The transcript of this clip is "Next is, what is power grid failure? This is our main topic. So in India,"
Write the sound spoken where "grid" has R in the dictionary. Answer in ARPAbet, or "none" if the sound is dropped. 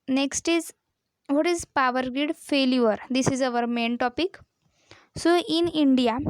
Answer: none